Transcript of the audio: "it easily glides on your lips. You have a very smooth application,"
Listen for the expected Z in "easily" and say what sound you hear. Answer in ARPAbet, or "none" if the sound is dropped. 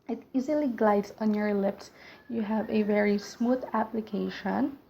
Z